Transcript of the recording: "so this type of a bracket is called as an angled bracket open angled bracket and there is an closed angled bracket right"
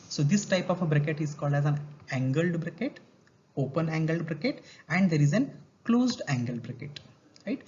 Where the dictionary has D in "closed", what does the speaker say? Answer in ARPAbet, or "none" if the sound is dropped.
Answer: D